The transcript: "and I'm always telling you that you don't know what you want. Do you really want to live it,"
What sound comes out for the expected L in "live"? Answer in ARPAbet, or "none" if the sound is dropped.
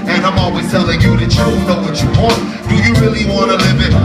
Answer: L